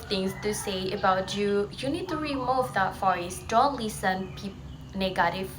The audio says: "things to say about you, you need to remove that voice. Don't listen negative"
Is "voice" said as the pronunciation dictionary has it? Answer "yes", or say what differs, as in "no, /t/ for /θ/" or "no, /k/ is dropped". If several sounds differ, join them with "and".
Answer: no, /f/ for /v/